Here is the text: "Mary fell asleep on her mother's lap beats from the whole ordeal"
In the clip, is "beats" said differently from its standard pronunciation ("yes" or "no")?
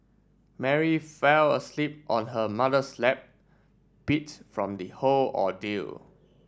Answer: yes